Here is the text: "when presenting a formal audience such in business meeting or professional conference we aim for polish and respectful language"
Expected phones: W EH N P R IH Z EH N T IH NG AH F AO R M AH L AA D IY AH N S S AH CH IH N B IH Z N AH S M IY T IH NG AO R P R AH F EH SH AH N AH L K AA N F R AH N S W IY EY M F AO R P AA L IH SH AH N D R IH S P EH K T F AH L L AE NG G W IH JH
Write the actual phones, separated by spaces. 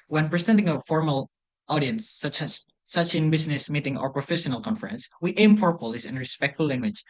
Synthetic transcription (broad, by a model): W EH N P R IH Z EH N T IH NG AH F AO R M AH L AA D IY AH N S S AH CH IH N B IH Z N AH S M IY T IH NG AO R P R AH F EH SH AH N AH L K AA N F R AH N S W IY EY M P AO R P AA L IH S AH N R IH S P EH K T F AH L L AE NG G W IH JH